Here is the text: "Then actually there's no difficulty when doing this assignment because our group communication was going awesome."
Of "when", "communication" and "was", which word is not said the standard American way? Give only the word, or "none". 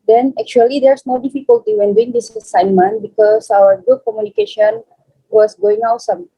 was